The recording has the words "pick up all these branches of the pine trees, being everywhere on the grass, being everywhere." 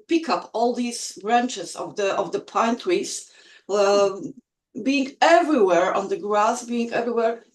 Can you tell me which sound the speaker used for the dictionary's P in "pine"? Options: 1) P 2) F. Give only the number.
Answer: 1